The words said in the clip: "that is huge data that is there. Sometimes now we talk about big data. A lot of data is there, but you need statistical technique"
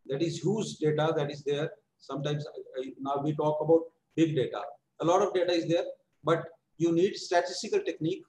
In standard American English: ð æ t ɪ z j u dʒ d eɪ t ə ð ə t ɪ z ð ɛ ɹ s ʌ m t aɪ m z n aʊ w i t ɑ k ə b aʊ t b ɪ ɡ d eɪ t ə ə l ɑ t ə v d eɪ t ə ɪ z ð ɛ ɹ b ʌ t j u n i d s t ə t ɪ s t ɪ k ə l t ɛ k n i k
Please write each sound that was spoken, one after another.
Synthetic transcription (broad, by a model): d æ t ɪ z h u z d eɪ t ə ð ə t ɪ z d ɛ ɹ s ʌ m t aɪ m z n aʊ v i t ɑ k ə b aʊ t b ɪ ɡ d eɪ t ə ə l ɑ t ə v d eɪ t ə ɪ z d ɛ ɹ b ʌ t j u n i d s t ə t ɪ s t ɪ k ə l t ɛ k n i k